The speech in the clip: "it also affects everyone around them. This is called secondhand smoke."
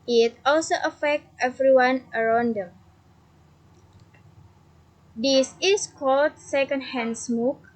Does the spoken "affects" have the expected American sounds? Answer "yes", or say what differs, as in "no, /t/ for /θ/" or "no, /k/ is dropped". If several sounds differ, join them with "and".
no, /s/ is dropped